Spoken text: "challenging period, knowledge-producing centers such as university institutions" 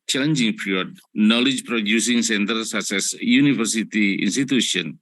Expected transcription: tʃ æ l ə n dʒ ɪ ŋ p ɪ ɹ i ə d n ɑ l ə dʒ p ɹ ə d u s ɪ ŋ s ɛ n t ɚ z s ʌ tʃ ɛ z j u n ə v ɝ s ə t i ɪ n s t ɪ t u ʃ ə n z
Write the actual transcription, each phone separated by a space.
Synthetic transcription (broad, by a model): tʃ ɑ l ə n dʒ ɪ ŋ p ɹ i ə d n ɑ l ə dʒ p ɹ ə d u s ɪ ŋ s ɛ n t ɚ s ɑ s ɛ s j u n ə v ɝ s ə t i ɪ n s t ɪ t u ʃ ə n